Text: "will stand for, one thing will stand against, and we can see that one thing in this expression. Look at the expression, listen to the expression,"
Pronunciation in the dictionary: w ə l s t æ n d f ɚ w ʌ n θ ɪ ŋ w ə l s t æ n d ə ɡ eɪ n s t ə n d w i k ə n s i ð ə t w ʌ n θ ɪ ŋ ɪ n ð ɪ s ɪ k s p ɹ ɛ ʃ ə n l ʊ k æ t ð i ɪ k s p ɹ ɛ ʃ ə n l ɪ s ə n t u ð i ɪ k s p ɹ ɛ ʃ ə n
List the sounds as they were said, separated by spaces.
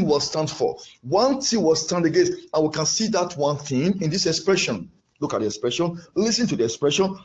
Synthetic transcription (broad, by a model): w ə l s t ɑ n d f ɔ w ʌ n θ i w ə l s t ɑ n d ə ɡ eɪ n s ə n w i k ə n s i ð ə t w ʌ n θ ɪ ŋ ɪ n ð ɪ s ɪ k s p ɹ ɛ ʃ ə n l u k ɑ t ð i ɪ k s p ɹ ɛ ʃ ə n l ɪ s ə n t u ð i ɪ k s p ɹ ɛ ʃ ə n